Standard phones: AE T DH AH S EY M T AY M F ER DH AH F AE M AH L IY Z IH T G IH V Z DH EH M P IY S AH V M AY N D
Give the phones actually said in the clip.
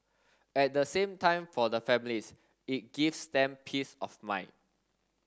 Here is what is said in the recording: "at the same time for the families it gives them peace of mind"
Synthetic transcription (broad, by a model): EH T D AH S EY M T AY M F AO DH AH F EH M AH L IY S IH T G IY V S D EH M P IY S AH F M AY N